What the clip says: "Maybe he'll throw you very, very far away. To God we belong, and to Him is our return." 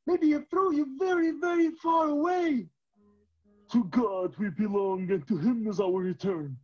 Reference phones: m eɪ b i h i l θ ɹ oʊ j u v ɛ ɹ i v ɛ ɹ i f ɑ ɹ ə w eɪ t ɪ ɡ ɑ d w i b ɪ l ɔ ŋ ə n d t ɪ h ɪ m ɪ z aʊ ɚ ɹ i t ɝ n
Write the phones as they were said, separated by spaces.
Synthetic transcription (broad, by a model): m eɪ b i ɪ θ ɹ oʊ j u v ɛ ɹ i v ɛ ɹ i f ɑ ɹ ə w eɪ t ɪ ɡ ɑ d w i b ɪ l ɔ ŋ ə n t ɪ h ɪ m ɪ z aʊ ɚ ɹ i t ɝ n